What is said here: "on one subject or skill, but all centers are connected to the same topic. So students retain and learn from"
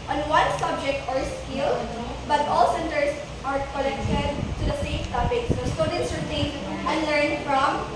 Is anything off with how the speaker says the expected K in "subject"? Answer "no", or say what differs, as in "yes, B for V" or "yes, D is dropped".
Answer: no